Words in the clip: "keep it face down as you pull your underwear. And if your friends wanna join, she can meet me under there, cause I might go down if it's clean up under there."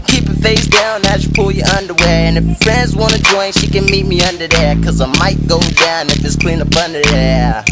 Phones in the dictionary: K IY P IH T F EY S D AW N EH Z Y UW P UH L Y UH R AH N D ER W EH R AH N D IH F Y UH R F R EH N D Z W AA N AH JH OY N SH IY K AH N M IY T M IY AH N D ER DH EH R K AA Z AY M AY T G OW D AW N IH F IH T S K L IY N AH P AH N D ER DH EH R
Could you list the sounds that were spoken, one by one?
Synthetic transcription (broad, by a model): K IY P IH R F EY S D AW N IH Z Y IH P UH L Y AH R AH N D ER W EH R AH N IH F F R EH N D Z W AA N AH JH OY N SH IY K AH N M IY T M IY AH N D ER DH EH R K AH Z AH M AY T G OW D AW N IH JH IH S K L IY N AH B AH N D ER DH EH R